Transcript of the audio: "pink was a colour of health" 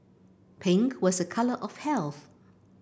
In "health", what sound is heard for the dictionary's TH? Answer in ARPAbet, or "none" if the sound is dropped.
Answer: TH